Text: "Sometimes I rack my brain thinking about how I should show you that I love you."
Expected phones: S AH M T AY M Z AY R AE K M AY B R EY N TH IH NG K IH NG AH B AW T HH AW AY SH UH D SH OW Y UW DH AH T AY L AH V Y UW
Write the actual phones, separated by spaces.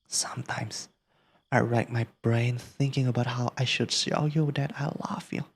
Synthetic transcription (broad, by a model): S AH M T AY M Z AY R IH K M AY B R EY N TH IH NG K IH NG AH B AW T HH AW AY SH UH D S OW Y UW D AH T AY L AH V Y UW